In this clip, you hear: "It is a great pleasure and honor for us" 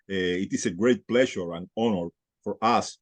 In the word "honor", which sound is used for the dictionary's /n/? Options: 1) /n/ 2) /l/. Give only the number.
1